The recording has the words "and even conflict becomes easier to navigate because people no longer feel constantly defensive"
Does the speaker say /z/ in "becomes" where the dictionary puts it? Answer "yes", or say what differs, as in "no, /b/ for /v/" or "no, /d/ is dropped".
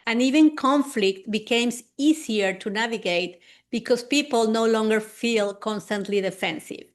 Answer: no, /s/ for /z/